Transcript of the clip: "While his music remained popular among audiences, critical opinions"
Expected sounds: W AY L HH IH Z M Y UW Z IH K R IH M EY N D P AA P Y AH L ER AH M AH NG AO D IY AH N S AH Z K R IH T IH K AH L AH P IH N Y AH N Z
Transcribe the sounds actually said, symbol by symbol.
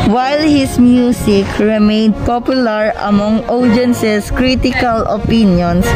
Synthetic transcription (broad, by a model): W AY L HH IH S M Y UW S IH K R IH M EY N D P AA P Y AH L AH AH M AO NG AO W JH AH N S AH S K R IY T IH K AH L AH P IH N Y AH N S